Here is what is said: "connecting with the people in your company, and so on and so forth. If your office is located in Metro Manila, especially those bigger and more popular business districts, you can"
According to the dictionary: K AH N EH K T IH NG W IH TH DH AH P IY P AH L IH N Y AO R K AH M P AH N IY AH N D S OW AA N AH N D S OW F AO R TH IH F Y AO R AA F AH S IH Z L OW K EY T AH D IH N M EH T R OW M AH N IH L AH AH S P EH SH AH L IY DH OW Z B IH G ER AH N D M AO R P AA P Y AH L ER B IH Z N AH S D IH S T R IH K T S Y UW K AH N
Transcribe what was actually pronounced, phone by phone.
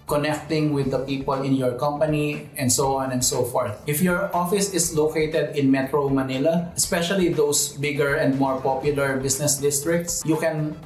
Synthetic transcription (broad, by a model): K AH N EH K T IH NG W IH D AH P IY P AH L IH N Y AO R K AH M P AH N IY AH N D S OW AA N AH N D S OW F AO R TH IH F Y AO R AA F AH S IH S L OW K EY T AH D IH N M EH T R OW M AH N IH L AH AH S P EH SH AH L IY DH OW S B IH G ER AH N D M AO R P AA P Y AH L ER B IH S N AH S D IH S T R IH K T S Y UW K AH N